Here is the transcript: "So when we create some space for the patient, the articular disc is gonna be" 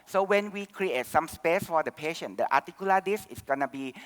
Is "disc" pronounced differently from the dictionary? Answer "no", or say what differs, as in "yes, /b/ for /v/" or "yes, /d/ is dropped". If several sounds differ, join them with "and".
yes, /k/ is dropped